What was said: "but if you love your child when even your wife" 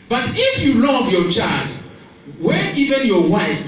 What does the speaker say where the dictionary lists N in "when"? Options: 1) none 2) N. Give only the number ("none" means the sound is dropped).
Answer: 1